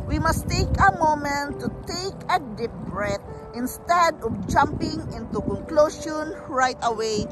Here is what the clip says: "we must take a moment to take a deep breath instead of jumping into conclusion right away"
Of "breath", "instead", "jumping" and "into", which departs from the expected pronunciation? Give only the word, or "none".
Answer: breath